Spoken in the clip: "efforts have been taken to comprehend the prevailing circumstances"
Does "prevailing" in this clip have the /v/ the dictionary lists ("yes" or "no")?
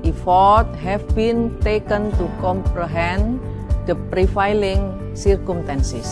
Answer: no